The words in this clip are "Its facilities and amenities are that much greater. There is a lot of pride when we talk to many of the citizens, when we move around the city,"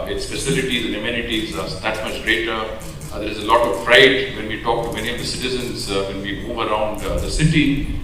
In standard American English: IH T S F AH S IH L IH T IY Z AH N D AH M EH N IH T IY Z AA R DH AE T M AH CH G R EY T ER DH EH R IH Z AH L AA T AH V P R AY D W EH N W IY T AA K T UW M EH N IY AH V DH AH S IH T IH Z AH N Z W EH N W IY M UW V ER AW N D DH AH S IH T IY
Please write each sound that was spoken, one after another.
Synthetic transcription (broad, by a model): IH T S P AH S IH L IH T IY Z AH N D AH M EH N IH T IY Z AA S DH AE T M AH CH G R EY T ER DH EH R IH Z AH L AA T AH V F R AY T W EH N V IY T AA K T UW M EH N IY AH V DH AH S IH T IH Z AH N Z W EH N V IY M UW V ER AW N D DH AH S IH T IY